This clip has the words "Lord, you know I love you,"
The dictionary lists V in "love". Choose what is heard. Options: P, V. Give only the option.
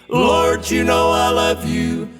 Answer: V